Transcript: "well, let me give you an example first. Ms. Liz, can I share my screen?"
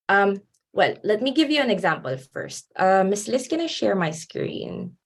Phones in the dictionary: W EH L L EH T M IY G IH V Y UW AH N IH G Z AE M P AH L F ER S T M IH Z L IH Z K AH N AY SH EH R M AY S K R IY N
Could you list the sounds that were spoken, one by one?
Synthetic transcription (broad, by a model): W EH L L EH T M IY G IH V Y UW AH N IH G Z AE M P AH L F ER S T M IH S L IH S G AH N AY SH EH R M AY S K R IY N